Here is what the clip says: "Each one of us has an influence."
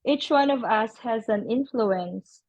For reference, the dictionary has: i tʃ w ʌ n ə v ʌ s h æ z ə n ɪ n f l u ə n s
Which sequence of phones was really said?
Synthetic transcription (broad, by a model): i tʃ w ʌ n ə v ʌ s h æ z ə n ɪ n f l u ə n s